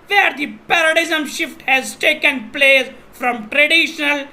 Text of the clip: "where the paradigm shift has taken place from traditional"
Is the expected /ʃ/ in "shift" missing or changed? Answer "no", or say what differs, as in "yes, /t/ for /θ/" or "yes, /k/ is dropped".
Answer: no